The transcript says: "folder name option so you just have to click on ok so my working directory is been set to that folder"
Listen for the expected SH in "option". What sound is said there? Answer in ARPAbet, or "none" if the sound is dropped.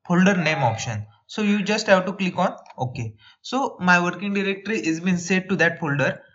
SH